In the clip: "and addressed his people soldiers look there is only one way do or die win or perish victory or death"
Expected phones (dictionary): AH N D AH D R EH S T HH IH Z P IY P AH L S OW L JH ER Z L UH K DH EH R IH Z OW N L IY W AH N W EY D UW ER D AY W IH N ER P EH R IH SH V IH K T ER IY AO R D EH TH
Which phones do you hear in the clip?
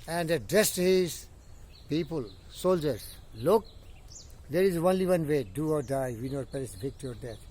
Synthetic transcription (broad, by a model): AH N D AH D EH S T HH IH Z P IY P AH L S OW L JH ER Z L UH K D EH R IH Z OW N L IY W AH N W EY D UW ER D AY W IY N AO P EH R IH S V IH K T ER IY AO R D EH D